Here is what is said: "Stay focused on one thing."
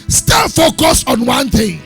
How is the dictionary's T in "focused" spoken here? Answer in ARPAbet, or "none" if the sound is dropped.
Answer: none